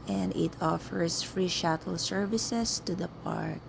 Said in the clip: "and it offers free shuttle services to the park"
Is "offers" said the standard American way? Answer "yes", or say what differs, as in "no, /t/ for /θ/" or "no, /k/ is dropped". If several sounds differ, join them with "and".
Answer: no, /s/ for /z/